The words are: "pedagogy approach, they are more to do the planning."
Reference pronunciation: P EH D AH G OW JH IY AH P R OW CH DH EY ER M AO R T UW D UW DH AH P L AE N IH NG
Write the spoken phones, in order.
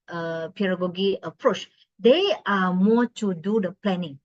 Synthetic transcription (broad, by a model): P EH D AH G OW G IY AH P R OW CH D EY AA M AO T UW D UW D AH P L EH N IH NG